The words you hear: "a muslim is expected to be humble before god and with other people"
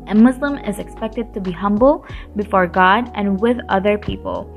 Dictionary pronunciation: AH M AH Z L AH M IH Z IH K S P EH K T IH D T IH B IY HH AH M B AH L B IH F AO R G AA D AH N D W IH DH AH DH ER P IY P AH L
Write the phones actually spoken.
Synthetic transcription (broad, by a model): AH M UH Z L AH M IH Z IH K S P EH K T IH D T IH B IY HH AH M B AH L B IH F AO R G AA D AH N W IH DH AH DH ER P IY P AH L